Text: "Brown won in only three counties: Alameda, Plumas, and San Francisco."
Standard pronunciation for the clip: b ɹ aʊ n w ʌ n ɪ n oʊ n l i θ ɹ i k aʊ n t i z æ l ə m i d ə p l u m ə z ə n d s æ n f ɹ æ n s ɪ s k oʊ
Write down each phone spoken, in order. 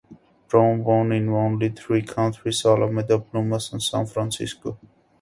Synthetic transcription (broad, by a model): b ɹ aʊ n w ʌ n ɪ n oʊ n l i t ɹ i k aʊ n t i s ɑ l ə m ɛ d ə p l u m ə s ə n s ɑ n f ɹ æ n s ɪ s k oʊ